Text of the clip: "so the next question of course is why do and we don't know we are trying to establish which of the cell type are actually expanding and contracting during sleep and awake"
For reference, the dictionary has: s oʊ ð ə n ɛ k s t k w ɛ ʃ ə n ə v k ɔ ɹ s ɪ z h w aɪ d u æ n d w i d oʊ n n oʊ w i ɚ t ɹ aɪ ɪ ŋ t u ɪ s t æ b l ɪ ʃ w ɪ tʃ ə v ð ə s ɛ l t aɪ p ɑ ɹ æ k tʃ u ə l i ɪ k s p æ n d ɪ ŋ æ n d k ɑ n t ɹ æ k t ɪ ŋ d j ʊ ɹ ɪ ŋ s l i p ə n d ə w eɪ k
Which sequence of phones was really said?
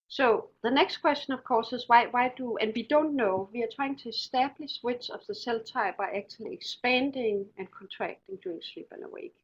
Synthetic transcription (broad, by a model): s oʊ ð ə n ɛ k s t k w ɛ s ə n ə v k ɔ s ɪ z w w aɪ d u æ n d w i d oʊ n n oʊ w i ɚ t ɹ aɪ ɪ ŋ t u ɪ s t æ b l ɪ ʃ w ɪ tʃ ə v ð ə s ɛ l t aɪ b ɑ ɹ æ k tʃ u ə l i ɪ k s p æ n d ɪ ŋ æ n k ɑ n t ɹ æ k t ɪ ŋ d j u ɪ ŋ s l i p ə n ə w eɪ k